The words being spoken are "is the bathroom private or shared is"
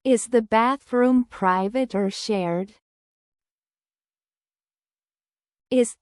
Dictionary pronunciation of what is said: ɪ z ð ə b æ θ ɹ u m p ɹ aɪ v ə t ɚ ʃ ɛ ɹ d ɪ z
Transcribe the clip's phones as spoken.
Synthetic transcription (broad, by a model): ɪ z ð ə b æ θ ɹ u m p ɹ aɪ v ə t ɚ ʃ ɛ ɹ d ɪ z